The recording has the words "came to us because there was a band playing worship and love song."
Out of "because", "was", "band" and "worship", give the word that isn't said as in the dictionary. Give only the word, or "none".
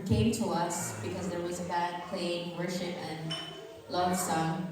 band